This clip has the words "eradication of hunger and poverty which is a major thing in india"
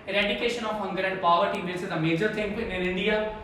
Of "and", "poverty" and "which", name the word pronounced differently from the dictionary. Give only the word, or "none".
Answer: which